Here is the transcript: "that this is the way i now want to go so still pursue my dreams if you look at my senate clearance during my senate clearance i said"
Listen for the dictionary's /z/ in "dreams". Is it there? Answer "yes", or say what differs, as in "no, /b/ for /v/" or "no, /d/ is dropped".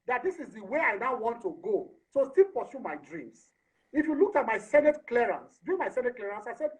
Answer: no, /s/ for /z/